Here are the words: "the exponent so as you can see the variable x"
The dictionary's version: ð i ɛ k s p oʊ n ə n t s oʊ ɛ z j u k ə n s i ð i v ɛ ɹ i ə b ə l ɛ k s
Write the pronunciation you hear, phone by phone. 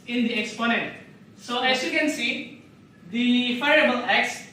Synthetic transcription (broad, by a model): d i ɛ k s p oʊ n ə n t s oʊ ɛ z j u k ə n s i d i f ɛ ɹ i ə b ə l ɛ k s